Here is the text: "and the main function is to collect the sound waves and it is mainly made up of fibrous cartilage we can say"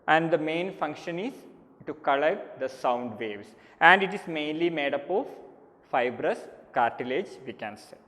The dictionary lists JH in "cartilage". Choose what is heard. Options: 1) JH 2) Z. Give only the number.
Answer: 1